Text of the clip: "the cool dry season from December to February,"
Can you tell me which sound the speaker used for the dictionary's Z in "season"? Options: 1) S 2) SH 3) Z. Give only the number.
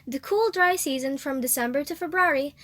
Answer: 3